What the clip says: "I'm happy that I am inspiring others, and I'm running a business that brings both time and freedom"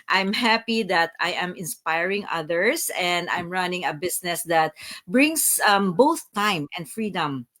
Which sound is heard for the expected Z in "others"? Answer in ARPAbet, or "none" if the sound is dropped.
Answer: S